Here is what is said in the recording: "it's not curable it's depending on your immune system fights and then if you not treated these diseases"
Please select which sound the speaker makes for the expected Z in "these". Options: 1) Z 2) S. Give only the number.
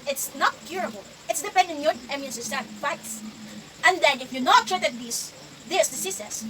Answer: 2